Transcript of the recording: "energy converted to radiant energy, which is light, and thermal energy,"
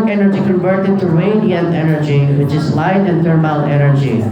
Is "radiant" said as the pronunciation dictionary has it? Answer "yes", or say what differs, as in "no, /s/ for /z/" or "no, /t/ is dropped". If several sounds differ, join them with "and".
no, /t/ is dropped